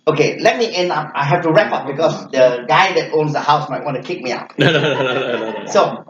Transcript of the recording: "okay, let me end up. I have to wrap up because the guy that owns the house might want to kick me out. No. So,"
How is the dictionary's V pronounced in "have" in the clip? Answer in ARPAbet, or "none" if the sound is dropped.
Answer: F